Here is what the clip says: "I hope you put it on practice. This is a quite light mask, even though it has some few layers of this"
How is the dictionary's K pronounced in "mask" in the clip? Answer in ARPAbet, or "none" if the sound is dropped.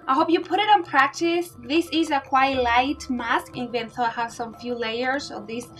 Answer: K